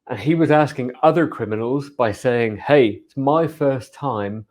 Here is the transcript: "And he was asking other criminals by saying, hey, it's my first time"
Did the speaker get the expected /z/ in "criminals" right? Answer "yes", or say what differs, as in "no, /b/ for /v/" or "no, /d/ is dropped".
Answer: yes